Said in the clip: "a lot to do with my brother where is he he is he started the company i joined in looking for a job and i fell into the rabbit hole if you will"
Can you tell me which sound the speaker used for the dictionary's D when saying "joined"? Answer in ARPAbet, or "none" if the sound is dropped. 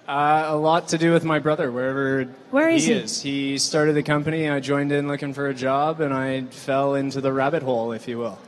D